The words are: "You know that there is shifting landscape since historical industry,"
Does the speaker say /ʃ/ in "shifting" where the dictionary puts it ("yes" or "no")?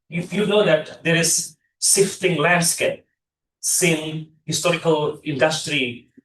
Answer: no